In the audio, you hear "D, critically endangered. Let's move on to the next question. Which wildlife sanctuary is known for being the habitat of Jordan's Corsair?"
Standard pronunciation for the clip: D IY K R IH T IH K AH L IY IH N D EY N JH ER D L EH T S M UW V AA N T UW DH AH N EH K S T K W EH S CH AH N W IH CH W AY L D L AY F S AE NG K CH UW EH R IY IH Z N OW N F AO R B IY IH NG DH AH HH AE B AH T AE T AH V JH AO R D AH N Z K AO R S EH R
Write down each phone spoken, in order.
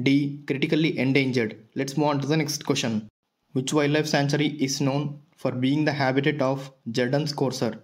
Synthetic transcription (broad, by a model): D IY K R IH T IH K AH L IY IH N D EY N JH ER D L EH T S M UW AA N T UW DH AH N EH K S T K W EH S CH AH N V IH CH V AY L L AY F S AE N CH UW R IY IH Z N OW N F AO R B IY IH NG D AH HH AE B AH T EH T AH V JH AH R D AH N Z K AO R S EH R